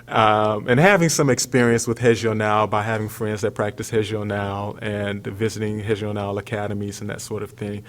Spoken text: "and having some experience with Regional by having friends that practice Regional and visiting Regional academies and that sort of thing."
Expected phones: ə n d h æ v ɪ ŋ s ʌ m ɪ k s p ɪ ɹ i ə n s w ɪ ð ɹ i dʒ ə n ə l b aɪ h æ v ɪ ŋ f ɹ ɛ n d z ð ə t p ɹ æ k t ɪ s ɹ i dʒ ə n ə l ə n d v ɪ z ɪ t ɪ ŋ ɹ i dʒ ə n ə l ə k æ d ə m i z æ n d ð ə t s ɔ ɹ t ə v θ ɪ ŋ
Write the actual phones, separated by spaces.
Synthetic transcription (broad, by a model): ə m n h æ v ɪ ŋ s ʌ m ɪ k s p ɪ ɹ i ə n s w ɪ ð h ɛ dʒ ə n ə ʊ b aɪ h æ v ɪ ŋ f ɹ ɛ n d z ð ə t p ɹ æ k t ɪ s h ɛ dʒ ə n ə l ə n v ɪ z ɪ t ɪ ŋ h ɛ ʒ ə n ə l ə k æ d ə m i z n ð ə t s ɔ ɹ t ə v θ ɪ ŋ